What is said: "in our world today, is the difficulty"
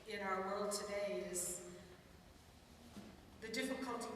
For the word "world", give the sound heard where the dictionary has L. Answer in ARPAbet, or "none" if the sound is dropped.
L